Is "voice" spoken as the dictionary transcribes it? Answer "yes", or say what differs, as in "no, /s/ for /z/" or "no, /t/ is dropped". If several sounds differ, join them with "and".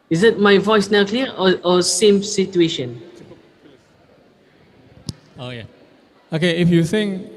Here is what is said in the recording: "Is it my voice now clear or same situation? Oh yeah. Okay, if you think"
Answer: yes